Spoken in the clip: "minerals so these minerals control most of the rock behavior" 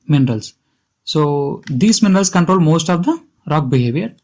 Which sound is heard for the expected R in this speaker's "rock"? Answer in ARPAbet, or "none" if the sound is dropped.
R